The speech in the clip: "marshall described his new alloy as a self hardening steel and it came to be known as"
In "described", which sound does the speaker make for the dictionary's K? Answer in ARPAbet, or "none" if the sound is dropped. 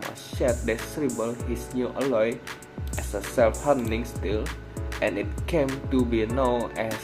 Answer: none